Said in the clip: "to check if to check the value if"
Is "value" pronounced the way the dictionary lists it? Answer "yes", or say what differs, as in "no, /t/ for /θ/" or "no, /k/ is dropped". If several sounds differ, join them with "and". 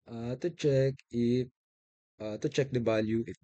no, /b/ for /v/